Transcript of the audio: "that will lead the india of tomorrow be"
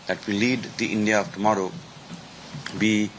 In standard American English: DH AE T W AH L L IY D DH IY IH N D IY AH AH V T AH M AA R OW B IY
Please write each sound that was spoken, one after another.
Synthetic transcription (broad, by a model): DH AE T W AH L L IY D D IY IH N D IY AH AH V T AH M AA R OW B IY